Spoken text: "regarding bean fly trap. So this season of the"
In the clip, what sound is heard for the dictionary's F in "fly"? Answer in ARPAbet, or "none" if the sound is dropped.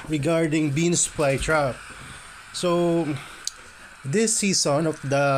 P